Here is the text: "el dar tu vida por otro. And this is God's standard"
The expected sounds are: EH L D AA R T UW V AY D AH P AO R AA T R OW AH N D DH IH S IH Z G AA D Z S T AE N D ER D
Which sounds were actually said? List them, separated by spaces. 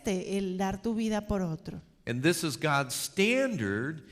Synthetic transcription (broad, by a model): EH L D AA R T UW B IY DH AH P AO R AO T R OW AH N DH IH S IH Z G AA D Z S T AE N D ER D